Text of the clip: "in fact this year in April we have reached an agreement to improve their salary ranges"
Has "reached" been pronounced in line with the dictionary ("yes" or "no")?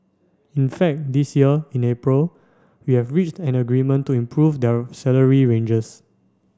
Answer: yes